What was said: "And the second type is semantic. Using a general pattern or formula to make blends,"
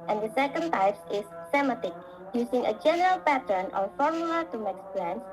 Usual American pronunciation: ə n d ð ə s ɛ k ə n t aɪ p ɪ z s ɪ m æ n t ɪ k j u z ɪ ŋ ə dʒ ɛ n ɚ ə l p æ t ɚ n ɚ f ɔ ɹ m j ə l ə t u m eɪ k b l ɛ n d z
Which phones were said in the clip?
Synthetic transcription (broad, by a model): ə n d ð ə s ɛ k ə n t aɪ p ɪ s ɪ m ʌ t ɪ k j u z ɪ ŋ ə dʒ ɛ n ɚ ə l p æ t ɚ n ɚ f ɔ ɹ m j ə l ə t u m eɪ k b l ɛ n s